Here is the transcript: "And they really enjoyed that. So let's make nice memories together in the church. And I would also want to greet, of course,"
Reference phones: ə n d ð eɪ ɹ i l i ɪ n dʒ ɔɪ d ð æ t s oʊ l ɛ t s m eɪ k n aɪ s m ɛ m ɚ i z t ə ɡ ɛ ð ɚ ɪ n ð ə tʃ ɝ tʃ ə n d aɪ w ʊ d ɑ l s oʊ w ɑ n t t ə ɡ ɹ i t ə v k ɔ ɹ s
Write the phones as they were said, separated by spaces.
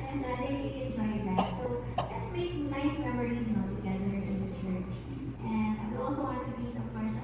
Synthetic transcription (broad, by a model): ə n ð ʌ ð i i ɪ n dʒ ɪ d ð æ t s oʊ l ɛ t s m eɪ k n aɪ s m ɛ m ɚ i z t ə ɡ ɛ ð ɚ ɪ n ð ə tʃ ɝ tʃ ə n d aɪ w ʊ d ɑ l s oʊ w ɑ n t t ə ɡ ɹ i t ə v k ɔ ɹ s